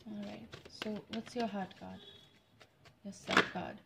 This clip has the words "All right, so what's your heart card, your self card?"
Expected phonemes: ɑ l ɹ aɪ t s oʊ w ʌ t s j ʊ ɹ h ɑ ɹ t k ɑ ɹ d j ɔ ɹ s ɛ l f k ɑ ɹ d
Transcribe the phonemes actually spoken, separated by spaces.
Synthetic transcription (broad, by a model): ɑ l ɹ aɪ t s oʊ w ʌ t s j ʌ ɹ h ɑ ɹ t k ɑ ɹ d j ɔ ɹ s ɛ f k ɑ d